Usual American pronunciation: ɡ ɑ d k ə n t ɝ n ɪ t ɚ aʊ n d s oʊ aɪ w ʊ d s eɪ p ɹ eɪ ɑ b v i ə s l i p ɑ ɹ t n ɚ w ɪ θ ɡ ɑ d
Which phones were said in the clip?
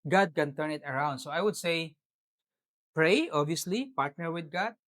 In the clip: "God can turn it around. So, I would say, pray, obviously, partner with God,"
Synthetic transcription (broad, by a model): ɡ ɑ d k ə n t ɝ n ɪ t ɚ aʊ n d s oʊ aɪ w ʊ d s eɪ p ɹ eɪ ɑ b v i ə s l i p ɑ ɹ t n ɚ w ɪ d ɡ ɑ d